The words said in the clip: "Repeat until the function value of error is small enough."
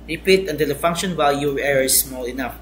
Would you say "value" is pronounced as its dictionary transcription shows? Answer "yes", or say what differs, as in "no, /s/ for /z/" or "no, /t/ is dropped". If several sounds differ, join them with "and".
no, /w/ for /v/